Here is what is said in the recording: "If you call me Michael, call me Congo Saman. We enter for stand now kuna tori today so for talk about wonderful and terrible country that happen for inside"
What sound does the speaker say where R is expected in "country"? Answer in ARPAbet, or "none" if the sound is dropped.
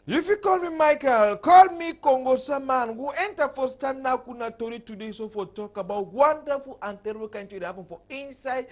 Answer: none